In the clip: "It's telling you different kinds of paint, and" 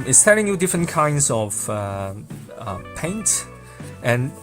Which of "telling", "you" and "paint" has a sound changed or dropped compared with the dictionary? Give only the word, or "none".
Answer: none